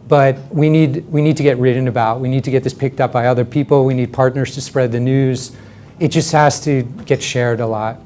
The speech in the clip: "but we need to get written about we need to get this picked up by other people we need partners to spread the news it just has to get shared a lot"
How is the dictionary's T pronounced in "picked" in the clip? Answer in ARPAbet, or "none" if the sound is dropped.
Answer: T